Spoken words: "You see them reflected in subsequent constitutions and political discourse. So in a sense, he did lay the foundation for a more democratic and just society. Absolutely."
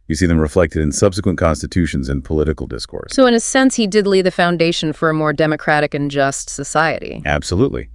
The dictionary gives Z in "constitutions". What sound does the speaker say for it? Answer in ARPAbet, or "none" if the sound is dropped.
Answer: Z